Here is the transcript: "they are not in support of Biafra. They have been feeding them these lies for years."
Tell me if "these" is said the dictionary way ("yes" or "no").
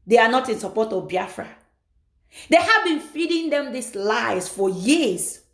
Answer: no